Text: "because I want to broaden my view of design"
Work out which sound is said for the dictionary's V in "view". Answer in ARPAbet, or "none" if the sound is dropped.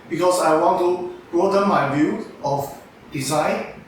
B